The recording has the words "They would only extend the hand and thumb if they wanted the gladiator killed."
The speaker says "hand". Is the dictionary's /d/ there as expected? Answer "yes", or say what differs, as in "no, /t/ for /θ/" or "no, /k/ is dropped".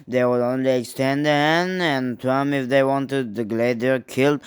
no, /d/ is dropped